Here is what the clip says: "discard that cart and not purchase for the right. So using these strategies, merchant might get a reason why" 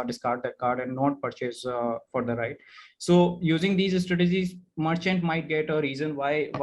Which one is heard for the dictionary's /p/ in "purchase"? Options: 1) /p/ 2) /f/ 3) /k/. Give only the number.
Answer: 1